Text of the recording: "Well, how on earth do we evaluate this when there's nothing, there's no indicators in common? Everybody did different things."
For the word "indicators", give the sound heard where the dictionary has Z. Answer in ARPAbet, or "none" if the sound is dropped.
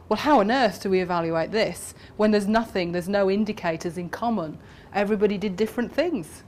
Z